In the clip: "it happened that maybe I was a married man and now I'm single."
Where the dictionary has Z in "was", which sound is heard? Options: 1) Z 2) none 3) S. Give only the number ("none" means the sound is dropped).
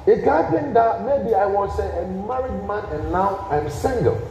3